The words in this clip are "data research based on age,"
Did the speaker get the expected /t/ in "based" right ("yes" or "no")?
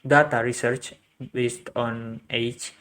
yes